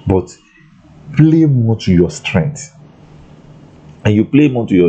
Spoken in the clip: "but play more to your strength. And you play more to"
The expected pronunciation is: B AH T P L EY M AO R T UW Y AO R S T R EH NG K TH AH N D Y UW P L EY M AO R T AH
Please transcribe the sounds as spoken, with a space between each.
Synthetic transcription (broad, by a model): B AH T P L EY M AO T UW Y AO S T R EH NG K T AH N Y UW P L EY M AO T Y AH